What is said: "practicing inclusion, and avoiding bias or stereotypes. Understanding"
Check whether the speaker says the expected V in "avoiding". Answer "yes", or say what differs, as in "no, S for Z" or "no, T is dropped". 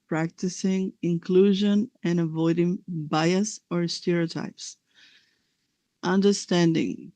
yes